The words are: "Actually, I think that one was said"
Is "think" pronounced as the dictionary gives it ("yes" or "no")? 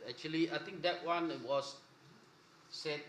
no